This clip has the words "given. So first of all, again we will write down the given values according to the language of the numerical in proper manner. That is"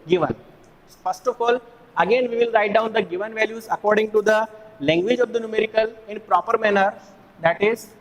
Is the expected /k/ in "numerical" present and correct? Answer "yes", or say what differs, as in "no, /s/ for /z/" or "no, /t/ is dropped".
yes